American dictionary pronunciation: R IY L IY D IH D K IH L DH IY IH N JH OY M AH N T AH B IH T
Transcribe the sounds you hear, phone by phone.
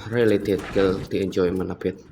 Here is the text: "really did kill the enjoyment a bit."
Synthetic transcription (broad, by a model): R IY L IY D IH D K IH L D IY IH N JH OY M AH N AH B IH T